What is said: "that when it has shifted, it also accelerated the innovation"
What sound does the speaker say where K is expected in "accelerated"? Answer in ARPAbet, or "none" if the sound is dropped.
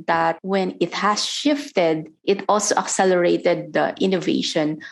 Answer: K